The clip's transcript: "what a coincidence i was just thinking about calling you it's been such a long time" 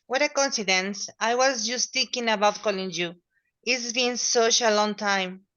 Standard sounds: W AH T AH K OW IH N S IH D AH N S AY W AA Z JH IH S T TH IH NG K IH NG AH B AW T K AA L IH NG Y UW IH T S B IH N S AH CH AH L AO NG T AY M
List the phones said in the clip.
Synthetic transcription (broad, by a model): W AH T AH K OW N S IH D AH N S AY W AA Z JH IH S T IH K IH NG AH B AW T K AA L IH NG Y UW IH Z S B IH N S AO SH AH L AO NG T AY M